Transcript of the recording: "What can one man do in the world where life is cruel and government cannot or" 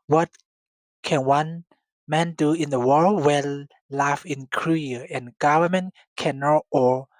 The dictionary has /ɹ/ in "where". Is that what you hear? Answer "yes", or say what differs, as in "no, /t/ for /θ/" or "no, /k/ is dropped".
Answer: no, /l/ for /ɹ/